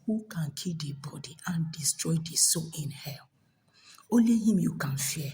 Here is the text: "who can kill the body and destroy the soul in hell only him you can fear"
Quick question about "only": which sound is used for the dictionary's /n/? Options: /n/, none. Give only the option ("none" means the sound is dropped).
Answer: none